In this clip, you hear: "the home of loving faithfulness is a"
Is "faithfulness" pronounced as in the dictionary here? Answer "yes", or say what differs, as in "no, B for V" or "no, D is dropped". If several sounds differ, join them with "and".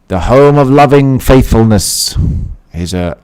yes